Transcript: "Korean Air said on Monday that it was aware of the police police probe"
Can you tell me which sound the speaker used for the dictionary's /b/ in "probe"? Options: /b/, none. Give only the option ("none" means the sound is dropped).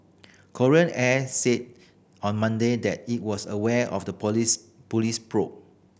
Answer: none